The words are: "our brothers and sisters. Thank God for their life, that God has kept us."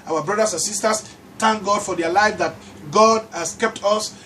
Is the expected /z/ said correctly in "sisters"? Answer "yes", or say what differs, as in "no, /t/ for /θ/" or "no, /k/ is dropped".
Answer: no, /s/ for /z/